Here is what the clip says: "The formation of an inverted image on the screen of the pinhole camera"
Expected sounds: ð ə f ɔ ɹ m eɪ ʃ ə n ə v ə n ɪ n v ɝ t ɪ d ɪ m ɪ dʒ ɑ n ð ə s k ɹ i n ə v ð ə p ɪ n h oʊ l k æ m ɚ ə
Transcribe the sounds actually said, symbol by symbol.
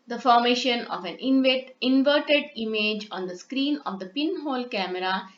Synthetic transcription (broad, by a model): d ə f ɔ ɹ m eɪ ʃ ə n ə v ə n ɪ n v ɝ t ɪ d ɪ m ɪ dʒ ɑ n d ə s k ɹ i n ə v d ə p ɪ n h oʊ l k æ m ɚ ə